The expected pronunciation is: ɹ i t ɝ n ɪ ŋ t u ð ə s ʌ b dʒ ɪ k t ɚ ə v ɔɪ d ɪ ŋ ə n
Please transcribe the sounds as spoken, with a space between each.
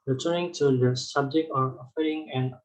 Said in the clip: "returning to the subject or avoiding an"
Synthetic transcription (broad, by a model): ɹ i t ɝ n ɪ ŋ t u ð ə s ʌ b dʒ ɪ k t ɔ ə f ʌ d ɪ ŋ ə n